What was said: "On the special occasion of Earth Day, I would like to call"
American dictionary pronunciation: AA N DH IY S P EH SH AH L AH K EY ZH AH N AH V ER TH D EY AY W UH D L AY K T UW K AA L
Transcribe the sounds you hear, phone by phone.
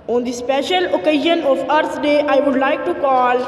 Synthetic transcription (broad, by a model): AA N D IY S P EH SH AH L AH K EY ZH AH N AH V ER S D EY AY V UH D L AY K T UW K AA L